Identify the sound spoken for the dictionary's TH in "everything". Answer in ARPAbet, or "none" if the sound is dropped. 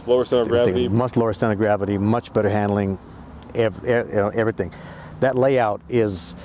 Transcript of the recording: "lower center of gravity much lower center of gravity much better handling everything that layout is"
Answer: TH